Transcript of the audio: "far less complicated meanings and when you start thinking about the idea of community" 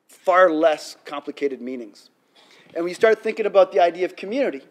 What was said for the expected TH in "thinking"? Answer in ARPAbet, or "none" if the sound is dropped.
TH